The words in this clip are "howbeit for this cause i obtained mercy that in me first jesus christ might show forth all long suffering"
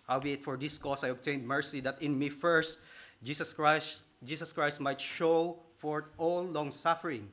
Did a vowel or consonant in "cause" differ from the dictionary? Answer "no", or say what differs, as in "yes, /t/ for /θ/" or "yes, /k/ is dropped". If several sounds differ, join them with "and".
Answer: yes, /s/ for /z/